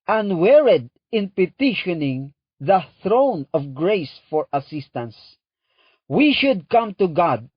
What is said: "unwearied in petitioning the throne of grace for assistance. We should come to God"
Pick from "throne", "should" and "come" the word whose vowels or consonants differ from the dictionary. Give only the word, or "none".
none